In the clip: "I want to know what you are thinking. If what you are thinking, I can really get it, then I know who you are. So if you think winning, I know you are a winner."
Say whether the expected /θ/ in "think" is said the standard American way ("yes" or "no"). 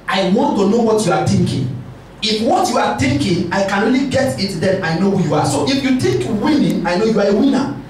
no